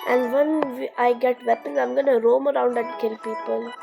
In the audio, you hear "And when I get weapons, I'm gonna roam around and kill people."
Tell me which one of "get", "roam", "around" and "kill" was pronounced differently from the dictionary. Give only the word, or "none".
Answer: none